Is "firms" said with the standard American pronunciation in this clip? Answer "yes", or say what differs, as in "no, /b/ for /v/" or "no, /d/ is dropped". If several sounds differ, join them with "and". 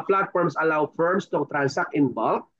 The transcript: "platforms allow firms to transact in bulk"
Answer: no, /s/ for /z/